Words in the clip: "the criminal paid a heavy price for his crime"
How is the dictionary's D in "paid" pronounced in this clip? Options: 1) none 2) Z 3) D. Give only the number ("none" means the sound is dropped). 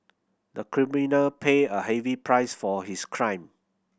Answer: 1